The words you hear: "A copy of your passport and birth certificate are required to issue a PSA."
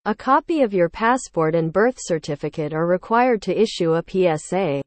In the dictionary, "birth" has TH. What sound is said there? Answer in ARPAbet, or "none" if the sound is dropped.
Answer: TH